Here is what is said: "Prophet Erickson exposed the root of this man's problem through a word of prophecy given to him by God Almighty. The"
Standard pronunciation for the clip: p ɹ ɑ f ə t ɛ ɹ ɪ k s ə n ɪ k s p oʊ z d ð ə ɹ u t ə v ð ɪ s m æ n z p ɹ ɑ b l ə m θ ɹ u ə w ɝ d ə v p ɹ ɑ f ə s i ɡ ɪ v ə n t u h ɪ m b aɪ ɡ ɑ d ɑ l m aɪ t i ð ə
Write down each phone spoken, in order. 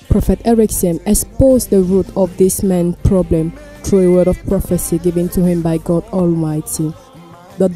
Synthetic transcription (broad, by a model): p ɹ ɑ f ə t ɛ ɹ ɪ k s ə n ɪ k s p oʊ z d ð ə ɹ u t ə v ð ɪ s m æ n p ɹ ɑ b l ə m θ ɹ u ə w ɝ d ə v p ɹ ɑ f ə s i ɡ ɪ v ə n t u h ɪ m b aɪ ɡ ɑ d ɑ l m aɪ t i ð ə